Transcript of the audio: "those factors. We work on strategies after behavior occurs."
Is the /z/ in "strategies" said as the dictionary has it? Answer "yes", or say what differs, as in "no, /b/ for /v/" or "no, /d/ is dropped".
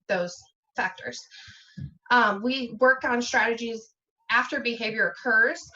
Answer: yes